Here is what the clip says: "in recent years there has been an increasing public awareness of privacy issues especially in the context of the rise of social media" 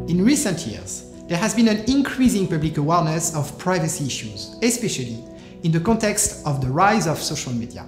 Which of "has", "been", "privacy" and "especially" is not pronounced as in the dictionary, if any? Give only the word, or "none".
none